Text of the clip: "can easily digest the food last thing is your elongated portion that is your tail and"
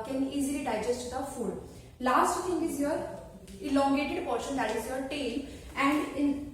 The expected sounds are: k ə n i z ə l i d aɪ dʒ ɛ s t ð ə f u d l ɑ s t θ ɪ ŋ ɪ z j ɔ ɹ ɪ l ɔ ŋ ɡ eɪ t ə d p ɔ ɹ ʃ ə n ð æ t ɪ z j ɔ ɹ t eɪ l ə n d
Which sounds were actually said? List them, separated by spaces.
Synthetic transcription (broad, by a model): k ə n i z ə l i d aɪ dʒ ɛ s t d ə f u d l ɑ s t t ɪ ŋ ɪ z j ɔ ɹ ɪ l ɔ ŋ ɡ eɪ t ə d p ɔ ɹ ʃ ə n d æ t ɪ z j ɔ ɹ t eɪ l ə n d